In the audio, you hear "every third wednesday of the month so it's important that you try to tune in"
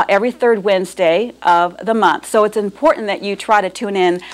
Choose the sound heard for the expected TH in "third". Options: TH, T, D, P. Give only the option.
TH